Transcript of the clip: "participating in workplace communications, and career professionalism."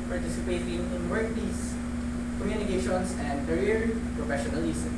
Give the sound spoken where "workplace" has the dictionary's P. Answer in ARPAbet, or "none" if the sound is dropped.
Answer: none